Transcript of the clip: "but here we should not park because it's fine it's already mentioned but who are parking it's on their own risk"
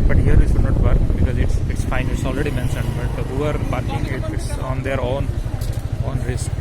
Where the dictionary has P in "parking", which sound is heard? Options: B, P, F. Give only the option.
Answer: B